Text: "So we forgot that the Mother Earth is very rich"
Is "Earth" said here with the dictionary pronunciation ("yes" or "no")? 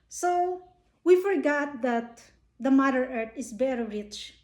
no